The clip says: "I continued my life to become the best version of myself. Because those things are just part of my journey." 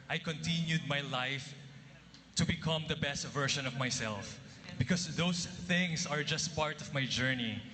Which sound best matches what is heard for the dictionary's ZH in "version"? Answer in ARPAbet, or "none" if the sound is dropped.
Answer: SH